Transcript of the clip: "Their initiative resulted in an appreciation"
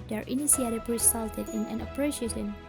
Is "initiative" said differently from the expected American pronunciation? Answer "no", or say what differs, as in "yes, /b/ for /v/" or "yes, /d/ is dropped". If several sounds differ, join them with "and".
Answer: yes, /s/ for /ʃ/